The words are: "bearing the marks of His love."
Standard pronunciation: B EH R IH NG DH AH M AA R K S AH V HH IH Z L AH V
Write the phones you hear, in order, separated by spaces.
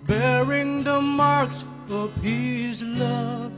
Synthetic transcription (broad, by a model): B EH R IH NG DH AH M AA R K S AH V HH IH Z L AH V